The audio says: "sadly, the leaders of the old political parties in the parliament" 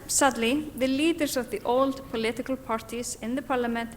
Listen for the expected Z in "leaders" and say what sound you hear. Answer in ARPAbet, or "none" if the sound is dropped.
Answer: S